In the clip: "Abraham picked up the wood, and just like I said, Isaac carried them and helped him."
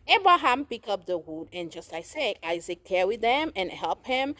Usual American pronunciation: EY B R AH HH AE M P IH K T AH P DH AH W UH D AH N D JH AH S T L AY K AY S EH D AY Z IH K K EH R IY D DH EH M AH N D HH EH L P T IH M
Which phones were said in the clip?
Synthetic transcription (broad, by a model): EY B R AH HH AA M P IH K AH P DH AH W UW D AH N JH AH S T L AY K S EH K AY Z IH K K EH W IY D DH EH M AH N HH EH L P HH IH M